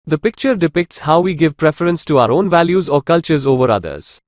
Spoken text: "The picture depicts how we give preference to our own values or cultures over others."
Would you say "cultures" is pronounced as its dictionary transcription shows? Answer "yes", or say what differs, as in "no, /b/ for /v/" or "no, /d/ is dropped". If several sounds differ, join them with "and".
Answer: yes